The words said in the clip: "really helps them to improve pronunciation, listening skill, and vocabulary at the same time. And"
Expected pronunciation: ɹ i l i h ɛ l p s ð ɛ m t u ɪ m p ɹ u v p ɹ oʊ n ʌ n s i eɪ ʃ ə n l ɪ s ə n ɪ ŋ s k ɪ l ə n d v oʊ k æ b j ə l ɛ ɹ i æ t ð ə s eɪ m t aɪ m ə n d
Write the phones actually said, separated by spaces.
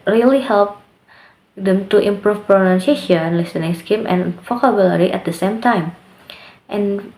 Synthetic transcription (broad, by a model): ɹ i l i h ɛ l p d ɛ m t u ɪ m p ɹ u f p ɹ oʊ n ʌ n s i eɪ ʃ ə n l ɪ s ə n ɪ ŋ s k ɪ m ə n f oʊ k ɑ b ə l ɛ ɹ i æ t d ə s eɪ m t aɪ m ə n